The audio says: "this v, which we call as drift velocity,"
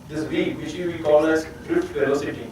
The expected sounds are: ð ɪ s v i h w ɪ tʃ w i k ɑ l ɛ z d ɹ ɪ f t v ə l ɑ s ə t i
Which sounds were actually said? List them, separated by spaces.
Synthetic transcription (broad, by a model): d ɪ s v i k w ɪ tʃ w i k ɑ l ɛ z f ɹ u t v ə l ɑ s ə t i